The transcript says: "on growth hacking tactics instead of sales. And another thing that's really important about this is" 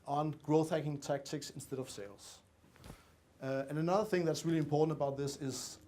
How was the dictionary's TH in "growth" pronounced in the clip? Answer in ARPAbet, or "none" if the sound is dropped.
TH